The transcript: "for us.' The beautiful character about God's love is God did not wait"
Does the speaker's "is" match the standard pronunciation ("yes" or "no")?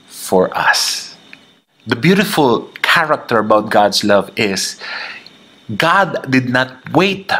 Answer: no